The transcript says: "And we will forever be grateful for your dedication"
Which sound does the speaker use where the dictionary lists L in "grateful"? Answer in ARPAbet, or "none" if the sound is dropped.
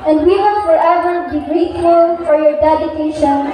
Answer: N